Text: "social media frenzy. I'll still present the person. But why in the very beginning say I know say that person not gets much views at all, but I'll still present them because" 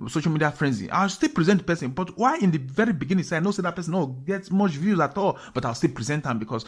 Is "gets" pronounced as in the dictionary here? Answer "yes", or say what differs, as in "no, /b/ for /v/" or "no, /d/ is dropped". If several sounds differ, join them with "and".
no, /s/ is dropped